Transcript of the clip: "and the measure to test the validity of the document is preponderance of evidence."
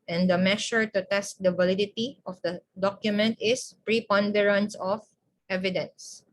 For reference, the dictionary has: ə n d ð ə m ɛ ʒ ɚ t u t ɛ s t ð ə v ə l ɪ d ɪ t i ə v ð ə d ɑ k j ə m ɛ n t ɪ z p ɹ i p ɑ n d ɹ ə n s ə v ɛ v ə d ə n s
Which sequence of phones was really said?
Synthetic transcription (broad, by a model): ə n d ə m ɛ ʃ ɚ t u t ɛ s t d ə v ə l ɪ d ɪ t i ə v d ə d ɑ k j ə m ɛ n t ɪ s p ɹ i p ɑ n d ɹ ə n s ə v ɛ v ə d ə n s